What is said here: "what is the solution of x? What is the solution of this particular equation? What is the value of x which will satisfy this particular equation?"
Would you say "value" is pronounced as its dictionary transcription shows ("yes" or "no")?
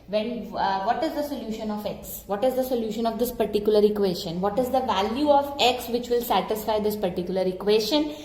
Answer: yes